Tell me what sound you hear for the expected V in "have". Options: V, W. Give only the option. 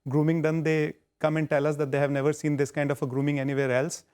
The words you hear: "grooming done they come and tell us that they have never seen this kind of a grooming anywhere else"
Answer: V